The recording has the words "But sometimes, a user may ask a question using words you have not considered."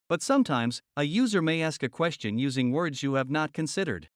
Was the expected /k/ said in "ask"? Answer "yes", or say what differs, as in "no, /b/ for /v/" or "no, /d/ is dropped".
yes